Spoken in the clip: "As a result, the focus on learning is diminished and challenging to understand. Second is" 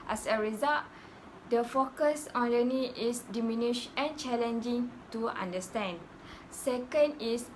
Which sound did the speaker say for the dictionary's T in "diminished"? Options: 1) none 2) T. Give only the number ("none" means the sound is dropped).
1